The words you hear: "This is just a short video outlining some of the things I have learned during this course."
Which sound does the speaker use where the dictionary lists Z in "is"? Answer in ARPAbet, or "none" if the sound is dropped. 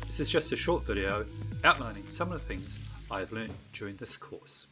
Z